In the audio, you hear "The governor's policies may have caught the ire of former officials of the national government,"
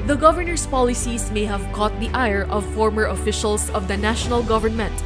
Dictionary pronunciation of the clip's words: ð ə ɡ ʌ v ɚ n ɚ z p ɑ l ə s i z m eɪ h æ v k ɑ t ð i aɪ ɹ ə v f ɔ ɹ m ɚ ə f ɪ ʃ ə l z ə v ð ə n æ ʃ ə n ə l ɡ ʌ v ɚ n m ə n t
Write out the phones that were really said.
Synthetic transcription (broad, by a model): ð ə ɡ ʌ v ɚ n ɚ s p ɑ l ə s i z m eɪ h æ v k ɑ t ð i aɪ ɹ ə v f ɔ ɹ m ɚ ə f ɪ ʃ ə l s ə v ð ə n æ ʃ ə n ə l ɡ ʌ v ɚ n m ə n t